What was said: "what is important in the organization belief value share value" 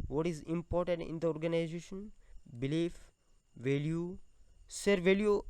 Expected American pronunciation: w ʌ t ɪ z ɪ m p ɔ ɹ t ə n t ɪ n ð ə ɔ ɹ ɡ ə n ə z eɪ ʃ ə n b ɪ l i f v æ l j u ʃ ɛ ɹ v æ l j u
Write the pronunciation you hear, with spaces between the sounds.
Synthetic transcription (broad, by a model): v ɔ t ɪ z ɪ m p ɔ ɹ t ə n t ɪ n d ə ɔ ɹ ɡ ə n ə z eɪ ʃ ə n b ɪ l i f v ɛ l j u s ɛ ɹ v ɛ l j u